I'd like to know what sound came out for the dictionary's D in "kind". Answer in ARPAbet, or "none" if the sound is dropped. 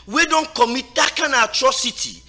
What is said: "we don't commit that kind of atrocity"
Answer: none